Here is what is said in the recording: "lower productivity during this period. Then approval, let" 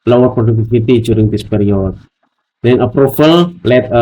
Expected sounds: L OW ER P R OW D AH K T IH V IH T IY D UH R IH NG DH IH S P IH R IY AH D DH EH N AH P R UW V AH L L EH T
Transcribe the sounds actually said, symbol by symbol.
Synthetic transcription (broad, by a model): L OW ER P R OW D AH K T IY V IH T IY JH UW R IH NG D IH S P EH R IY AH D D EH N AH P R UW F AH L L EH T